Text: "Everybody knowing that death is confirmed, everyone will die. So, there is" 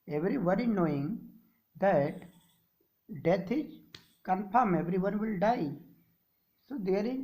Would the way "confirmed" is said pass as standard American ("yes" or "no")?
no